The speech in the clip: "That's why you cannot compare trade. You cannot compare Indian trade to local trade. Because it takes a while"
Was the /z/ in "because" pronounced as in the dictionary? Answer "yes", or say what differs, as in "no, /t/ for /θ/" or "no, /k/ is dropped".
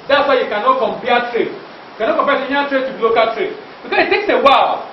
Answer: no, /s/ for /z/